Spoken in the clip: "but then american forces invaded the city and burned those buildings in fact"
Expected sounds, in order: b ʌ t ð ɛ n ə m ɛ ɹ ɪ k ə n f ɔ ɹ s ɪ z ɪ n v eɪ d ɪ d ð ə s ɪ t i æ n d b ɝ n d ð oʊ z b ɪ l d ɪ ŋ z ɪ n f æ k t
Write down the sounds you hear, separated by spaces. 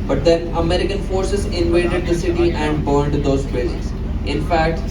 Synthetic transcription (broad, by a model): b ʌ t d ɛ n ə m ɛ ɹ ɪ k ə n f ɔ ɹ s ɪ z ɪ n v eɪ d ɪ d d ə s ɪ t i æ n d b ɝ n d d oʊ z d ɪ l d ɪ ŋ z ɪ n f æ k t